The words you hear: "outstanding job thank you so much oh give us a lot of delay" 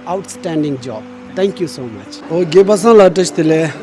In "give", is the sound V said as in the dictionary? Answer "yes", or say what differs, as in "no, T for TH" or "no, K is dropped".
no, B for V